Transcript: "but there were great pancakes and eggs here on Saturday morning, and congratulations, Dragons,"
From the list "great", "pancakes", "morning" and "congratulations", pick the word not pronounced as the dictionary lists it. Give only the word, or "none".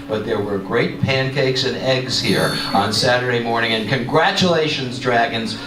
none